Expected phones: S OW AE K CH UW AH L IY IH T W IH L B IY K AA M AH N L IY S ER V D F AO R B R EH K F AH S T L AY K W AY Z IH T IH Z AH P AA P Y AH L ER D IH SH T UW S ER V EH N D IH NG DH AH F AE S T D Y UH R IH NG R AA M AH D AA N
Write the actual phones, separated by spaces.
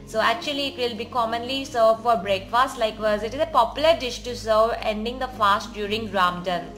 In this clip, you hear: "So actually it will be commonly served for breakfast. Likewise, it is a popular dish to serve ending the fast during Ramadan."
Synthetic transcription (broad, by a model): S OW AE K CH UW AH L IY IH T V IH L B IY K AA M AH N L IY S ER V F AO R B R EH K F AH S T L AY K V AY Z IH T IH Z AH P AA P Y AH L ER D IH SH T UW S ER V EH N D IH NG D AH F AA S T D Y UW R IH NG R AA M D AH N